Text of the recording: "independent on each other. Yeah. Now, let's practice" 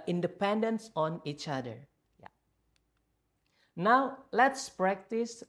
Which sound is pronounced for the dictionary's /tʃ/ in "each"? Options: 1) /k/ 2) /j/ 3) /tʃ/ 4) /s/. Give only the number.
3